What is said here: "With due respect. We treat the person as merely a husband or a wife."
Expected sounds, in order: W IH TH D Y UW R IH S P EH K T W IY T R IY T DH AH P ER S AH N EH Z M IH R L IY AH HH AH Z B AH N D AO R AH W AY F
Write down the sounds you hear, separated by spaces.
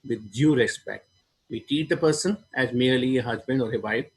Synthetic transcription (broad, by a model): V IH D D Y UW R IH S P EH K T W IY T IY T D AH P ER S AH N EH Z M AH R L IY AH HH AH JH B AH N D AO R AH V AY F